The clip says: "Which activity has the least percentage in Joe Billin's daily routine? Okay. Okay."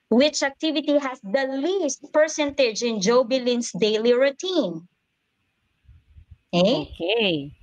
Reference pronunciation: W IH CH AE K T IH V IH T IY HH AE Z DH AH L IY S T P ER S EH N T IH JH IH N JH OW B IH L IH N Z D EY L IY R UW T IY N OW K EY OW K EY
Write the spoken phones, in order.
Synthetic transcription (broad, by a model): W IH CH AE K T IH V IH T IY HH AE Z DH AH L IY S T P ER S EH N T IH JH IH N JH OW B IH L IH N S D EY L IY R UW T IY N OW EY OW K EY